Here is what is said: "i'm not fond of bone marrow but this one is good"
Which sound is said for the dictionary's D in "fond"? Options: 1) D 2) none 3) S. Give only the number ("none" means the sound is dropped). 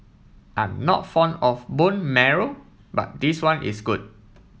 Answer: 2